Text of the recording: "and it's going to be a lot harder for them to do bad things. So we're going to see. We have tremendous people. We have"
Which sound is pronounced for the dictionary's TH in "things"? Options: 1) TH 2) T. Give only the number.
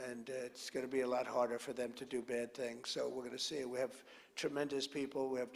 1